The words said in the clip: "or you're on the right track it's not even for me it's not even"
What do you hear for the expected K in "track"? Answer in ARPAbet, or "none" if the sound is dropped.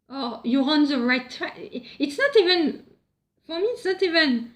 none